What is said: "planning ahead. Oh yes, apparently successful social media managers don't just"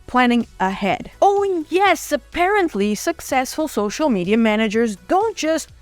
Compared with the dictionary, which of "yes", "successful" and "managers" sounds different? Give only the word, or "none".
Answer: none